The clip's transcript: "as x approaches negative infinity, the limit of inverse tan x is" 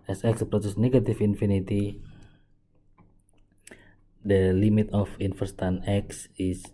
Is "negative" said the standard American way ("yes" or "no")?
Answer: no